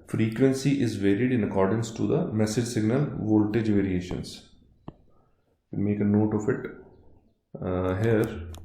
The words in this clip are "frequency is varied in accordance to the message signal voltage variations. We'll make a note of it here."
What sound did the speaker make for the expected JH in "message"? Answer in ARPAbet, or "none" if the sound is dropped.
JH